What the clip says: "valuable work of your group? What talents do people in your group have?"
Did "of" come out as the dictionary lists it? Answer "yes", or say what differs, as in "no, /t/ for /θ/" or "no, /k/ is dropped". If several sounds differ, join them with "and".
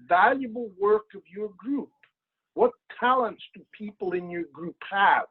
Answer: yes